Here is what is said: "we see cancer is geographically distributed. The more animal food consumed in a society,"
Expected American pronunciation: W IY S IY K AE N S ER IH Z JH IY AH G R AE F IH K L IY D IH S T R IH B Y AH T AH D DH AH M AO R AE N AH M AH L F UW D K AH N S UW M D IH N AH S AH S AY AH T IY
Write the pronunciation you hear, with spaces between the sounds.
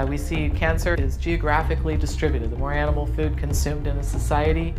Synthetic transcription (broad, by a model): W IY S IY K AE N S ER IH Z JH IY AH G R AE F IH K L IY D IH S T R IH B Y AH T AH D DH AH M AO R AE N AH M L F UW D K AH N S UW M D IH N AH S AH S AY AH T IY